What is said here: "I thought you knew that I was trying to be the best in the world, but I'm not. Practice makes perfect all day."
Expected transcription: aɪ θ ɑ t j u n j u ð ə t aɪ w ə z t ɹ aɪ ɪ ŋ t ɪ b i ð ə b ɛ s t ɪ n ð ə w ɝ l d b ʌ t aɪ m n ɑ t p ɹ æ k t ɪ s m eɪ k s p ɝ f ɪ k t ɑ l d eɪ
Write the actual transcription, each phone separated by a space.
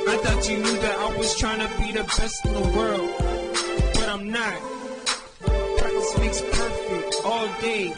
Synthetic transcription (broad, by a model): aɪ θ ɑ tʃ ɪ n j u ð ə t aɪ w ə z t ɹ aɪ ɪ ŋ t ɪ b i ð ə b ɛ s t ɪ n ð ə w ɝ l d b ʌ t aɪ m n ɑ t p æ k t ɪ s m eɪ k s p ɝ f ɪ k t ɑ l d eɪ